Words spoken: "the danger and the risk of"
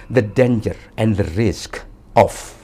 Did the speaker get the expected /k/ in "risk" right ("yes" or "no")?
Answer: yes